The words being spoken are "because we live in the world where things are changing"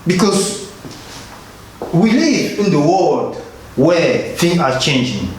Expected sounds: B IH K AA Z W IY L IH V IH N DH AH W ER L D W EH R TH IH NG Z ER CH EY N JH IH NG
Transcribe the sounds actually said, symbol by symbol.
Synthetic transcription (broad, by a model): B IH K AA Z W IY L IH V IH N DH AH W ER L D W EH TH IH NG AA CH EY N JH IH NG